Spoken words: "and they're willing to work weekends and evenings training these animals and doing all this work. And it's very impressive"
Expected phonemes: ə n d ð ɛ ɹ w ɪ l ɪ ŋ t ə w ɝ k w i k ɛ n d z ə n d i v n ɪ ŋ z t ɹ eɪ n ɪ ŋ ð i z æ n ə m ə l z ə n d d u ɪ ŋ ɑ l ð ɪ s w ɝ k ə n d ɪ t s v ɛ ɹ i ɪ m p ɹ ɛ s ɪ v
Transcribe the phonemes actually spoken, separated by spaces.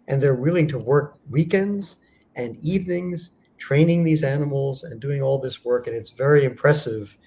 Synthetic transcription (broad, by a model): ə n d ð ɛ ɹ w ɪ l ɪ ŋ t ə w ɝ k w i k ɛ n d z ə n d i v n ɪ ŋ z t ɹ eɪ n ɪ ŋ ð i z æ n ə m l z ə n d d u ɪ ŋ ɑ l ð ɪ s w ɝ k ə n ɪ t s v ɛ ɹ i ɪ m p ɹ ɛ s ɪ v